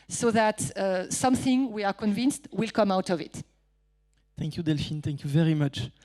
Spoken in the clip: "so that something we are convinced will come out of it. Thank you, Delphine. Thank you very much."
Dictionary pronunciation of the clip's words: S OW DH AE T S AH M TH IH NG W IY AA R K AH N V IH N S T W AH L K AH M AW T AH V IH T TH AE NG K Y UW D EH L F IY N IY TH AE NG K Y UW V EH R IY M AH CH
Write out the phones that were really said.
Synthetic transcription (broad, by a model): S OW DH AE T S AH M TH IH NG W IY AA R K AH N V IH N S T W AH L K AH M AW T AH V IH T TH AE NG K Y UW D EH L F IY N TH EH NG K Y UW V EH R IY M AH CH